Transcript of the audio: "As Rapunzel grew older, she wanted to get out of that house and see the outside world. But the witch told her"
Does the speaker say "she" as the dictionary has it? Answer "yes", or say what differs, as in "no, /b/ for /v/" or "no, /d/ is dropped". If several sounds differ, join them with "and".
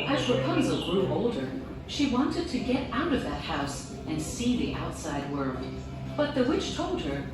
yes